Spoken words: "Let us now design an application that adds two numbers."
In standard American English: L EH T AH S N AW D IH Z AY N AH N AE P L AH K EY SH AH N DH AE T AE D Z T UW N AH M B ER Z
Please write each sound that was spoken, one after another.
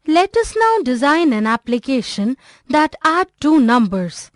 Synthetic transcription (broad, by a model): L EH T AH S N AW D IH Z AY N AH N AE P L AH K EY SH AH N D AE T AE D T UW N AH M B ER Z